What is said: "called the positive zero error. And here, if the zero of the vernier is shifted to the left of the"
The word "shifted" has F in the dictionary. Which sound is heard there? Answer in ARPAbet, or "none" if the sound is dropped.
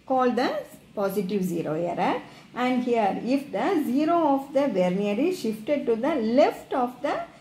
F